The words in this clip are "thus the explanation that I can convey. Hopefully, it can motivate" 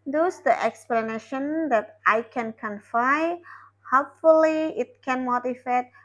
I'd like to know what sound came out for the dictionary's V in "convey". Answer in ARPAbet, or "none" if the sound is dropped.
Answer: F